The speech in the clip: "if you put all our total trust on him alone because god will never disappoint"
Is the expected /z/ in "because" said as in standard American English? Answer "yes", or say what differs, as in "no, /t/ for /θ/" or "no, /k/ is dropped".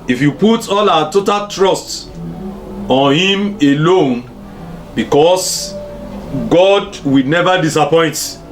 no, /s/ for /z/